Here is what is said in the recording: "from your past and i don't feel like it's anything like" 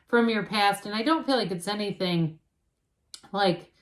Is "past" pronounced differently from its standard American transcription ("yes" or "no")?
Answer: no